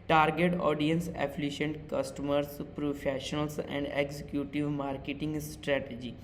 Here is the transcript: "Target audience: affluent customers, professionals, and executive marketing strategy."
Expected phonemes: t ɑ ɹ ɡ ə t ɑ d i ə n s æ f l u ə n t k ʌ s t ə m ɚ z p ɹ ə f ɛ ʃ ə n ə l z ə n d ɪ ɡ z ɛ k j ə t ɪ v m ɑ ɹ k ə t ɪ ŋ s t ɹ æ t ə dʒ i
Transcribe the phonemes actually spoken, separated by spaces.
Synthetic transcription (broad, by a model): t ɑ ɹ ɡ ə t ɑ d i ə n s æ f l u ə n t k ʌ s t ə m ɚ s p ɹ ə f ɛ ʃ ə n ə l s ə n d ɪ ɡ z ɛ k j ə t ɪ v m ɑ ɹ k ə t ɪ ŋ s t ɹ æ t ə dʒ i